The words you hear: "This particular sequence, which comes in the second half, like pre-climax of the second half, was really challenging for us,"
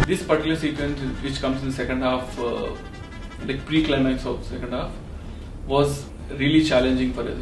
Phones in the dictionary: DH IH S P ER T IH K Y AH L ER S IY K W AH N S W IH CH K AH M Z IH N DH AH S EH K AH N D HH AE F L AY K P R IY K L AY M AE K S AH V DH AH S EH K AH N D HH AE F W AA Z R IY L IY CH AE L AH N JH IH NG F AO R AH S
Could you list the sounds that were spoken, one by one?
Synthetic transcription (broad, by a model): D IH S P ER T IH Y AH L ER S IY K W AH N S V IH CH K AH M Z IH N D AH S EH K AH N D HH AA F L AY K P R IY K L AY M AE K S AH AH S EH K AH N D HH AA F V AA Z R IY L IY CH AE L AH N JH IH NG F AO R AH